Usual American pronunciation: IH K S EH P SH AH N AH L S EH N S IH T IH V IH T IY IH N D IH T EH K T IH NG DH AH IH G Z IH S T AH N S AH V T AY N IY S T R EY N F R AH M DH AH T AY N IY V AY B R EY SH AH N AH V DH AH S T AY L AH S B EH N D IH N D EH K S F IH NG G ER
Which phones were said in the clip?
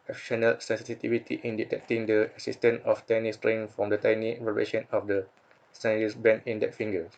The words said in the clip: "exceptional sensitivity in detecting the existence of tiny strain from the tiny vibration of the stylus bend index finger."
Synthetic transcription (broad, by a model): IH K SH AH N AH L S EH N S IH T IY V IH T IY IH N D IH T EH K T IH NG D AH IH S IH S T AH N AH F T AY N IY S T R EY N F R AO M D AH T AY N IY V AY R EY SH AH N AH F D AH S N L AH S B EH N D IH N D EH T F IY NG G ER